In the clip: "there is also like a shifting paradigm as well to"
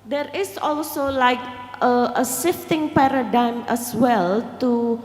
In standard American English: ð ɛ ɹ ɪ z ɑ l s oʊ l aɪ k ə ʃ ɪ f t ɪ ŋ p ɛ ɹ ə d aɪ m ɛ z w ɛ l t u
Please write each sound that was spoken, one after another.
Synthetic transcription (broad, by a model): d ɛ ɹ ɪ s ɑ l s oʊ l aɪ k ə s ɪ f t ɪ ŋ p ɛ ɹ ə d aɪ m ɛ s w ɛ l t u